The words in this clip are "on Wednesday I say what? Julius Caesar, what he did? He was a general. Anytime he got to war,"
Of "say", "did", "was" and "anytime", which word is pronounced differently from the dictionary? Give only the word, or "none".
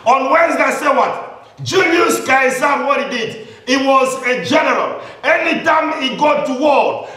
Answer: none